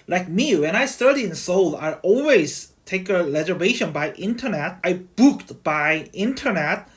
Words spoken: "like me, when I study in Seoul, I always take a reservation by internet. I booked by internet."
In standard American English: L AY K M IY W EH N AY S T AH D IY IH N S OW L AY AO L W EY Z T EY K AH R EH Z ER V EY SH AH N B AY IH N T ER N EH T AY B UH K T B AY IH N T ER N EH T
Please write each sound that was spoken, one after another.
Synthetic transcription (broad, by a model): L AY K M IY W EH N AY S T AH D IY IH N S OW L AY AO L W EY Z T EY K AH L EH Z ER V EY SH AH N B AY IH N T ER N EH T AY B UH K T B AY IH N T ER N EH T